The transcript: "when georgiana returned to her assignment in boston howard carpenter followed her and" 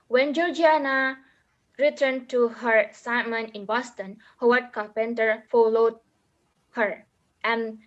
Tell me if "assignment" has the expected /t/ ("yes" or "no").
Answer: no